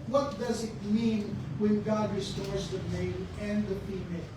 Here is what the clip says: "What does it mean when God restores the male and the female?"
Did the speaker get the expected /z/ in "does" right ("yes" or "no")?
yes